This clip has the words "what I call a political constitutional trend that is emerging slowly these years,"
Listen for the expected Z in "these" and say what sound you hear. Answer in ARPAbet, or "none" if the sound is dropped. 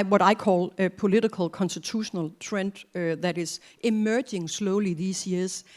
S